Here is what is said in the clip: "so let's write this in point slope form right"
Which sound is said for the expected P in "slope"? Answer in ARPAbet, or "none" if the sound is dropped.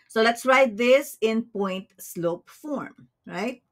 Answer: P